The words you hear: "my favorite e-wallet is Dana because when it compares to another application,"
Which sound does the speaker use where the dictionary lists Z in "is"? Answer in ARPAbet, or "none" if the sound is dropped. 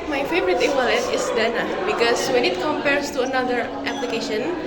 S